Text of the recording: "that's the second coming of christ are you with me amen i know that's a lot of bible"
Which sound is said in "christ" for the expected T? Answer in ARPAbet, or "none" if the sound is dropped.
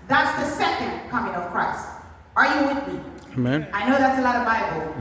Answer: T